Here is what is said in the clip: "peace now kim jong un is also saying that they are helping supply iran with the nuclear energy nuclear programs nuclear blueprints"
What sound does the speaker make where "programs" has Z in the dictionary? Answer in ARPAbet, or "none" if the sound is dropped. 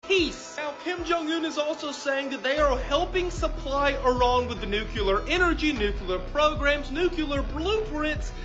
Z